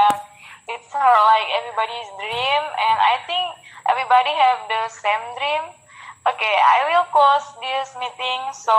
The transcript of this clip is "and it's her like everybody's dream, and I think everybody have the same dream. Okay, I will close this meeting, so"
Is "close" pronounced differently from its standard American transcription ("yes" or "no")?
yes